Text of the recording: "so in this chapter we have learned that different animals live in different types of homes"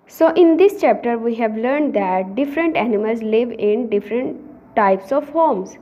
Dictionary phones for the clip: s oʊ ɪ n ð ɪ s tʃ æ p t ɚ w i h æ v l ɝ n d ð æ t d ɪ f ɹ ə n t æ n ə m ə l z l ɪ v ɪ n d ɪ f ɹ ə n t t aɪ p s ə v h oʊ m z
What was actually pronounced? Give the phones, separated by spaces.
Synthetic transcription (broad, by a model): s oʊ ɪ n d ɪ s tʃ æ p t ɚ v i h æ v l ɝ n d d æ t d ɪ f ɹ ə n t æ n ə m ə l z l ɪ v ɪ n d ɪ f ɹ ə n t t aɪ p s ə v h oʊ m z